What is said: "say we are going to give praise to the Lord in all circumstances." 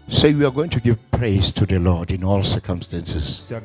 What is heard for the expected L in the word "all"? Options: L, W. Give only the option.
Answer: L